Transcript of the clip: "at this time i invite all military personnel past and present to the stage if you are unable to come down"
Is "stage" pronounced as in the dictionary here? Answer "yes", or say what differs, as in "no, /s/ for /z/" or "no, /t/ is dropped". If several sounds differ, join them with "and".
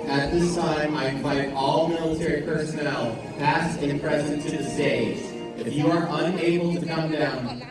no, /z/ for /dʒ/